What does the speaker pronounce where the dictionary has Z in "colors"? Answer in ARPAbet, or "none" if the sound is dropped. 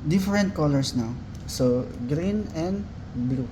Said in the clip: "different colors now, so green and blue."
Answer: S